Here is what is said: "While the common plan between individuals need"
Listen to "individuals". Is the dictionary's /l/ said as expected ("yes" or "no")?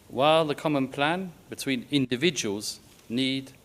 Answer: yes